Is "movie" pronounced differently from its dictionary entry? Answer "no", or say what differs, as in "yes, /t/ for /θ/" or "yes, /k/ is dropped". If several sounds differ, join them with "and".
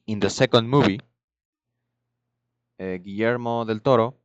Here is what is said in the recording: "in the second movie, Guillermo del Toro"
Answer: yes, /b/ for /v/